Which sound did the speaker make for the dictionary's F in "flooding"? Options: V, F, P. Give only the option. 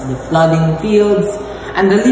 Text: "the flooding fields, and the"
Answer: F